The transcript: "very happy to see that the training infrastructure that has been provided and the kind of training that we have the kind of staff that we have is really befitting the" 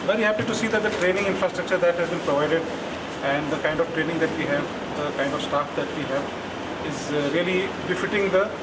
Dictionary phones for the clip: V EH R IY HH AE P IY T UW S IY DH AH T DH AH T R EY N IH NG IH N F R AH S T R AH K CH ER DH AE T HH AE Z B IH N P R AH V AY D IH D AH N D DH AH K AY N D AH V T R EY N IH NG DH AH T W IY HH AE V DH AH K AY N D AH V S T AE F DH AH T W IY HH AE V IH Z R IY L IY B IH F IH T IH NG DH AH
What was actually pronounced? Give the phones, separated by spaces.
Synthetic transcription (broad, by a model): V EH R IY HH AE P IY T UW S IY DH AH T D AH T R EY N IH NG IH N F R AH S T R AH K CH ER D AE T HH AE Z B IH N P R AH V AY D IH D AH N D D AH K AY N D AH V T R EY N IH NG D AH T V IY HH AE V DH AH K AY N D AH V S T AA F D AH T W IY HH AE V IH Z R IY L IY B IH F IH T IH NG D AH